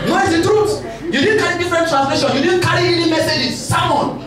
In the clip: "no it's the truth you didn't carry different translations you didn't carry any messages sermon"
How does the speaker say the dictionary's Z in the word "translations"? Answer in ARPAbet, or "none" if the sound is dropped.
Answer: none